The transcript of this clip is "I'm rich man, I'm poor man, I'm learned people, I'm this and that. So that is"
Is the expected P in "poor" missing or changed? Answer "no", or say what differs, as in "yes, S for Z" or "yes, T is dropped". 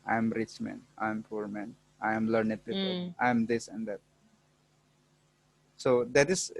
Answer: no